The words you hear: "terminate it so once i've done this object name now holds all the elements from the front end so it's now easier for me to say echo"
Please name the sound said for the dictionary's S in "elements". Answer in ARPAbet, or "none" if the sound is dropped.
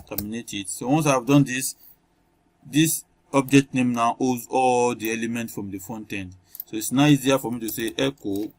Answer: none